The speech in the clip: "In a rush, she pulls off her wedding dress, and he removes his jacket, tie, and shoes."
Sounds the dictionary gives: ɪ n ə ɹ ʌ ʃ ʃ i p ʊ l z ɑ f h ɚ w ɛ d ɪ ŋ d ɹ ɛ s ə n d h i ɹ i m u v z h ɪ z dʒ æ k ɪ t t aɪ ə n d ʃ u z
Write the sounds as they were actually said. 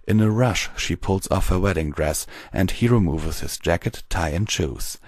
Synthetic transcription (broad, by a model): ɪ n ə ɹ ʌ ʃ ʃ i p ʊ l z ɑ f h ɚ w ɛ d ɪ ŋ d ɹ ɛ s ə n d h i ɹ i m u v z h ɪ z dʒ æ k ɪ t t aɪ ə n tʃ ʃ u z